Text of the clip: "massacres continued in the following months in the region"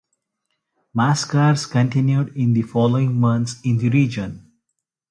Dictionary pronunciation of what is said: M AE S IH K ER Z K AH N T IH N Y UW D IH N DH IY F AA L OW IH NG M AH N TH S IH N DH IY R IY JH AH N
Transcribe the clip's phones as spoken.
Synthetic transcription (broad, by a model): M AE S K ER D K AH N T IH N Y UW D IH N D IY F AA L OW IH NG M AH N T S IH N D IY R IY JH AH N